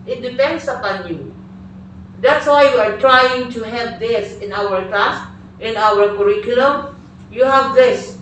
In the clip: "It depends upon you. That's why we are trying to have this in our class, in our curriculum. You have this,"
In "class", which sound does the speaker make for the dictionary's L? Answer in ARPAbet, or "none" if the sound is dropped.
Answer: none